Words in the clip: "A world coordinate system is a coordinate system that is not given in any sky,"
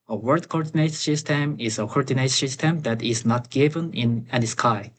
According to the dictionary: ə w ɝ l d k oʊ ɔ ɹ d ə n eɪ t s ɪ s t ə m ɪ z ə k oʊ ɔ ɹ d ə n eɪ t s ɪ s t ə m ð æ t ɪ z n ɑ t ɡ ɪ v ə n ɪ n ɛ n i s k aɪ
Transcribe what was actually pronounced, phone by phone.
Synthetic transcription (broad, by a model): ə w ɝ d k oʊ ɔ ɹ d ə n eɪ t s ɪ s t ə m ɪ z ə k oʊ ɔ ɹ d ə n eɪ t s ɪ s t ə m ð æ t ɪ z n ɑ t ɡ ɪ v ə n ɪ n ɛ n i s k aɪ